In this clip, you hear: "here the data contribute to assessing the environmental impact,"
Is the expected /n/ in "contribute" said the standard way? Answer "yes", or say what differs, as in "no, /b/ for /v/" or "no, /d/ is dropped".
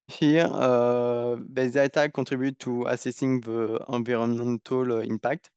no, /n/ is dropped